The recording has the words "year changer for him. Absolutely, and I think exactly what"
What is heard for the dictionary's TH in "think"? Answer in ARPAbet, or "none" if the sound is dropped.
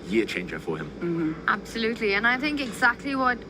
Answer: TH